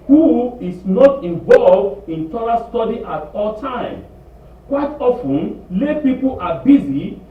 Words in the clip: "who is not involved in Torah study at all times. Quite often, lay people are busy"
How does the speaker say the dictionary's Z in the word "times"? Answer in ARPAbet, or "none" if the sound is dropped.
none